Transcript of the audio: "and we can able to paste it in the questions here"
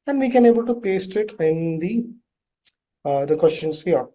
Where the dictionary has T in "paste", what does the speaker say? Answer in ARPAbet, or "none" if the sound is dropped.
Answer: T